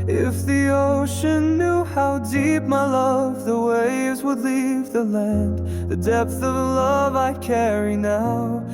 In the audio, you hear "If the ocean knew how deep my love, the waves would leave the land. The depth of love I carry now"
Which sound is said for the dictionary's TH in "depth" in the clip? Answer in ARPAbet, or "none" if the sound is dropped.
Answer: TH